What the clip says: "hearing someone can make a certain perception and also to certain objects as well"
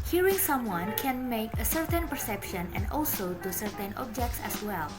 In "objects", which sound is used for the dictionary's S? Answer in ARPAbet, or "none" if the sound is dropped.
S